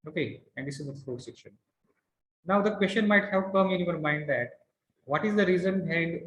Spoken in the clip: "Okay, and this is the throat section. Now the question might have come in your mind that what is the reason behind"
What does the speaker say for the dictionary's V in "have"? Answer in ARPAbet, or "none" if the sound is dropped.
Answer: P